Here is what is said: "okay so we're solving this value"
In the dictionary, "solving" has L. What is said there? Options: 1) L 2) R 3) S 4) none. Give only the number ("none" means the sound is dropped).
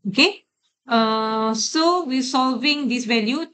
1